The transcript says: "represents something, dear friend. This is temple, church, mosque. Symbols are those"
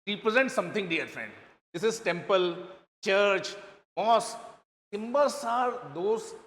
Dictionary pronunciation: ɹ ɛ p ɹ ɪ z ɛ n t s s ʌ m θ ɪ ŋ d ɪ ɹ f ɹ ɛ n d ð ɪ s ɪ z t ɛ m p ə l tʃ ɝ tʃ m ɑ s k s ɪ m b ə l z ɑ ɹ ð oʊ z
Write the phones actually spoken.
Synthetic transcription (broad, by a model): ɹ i p ɹ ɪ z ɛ n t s s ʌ m t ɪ ŋ d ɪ ɹ f ɹ ɛ n d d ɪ s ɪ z t ɛ m p ə l tʃ ɝ tʃ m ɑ s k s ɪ m b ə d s ɑ ɹ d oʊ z